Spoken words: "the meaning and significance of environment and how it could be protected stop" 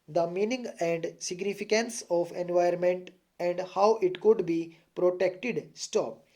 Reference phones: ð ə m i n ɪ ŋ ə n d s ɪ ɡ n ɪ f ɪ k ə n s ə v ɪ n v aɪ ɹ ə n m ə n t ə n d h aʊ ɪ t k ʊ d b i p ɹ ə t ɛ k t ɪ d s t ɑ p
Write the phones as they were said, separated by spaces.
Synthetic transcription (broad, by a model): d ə m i n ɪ ŋ ə n d s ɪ ɡ n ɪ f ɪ k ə n s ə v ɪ n v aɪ ə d m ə n t ə n d h aʊ ɪ t k ʊ d b i p ɹ ə t ɛ k t ɪ d s t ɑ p